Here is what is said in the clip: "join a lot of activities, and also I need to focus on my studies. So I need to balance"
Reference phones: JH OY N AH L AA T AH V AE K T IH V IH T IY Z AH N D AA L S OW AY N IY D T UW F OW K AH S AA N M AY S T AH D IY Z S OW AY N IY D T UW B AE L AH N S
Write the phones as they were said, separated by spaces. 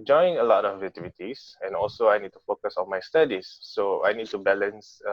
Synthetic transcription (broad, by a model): JH OY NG AH L AA T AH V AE T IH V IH T IY S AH N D AA L S OW AY N IY D T UW F OW K AH S AA N M AY S T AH D IY S OW AY N IY D T UW B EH L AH N S